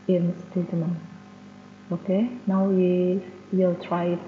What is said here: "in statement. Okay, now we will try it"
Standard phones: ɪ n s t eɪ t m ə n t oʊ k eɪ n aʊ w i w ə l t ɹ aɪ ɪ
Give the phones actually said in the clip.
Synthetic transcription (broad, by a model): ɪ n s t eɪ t ə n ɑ oʊ k eɪ n aʊ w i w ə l t ɹ aɪ